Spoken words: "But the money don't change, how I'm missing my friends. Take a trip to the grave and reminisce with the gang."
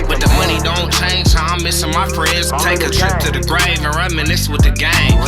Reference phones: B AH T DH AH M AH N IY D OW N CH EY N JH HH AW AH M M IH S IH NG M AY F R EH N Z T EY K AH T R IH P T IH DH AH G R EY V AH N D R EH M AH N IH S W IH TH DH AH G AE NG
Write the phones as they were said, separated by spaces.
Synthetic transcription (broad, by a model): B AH T DH AH M AH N IY D OW N CH EY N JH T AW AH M M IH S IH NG M AY F R EH N Z T EY K AH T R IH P T IH DH AH G R EY V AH N R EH M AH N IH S W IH DH AH G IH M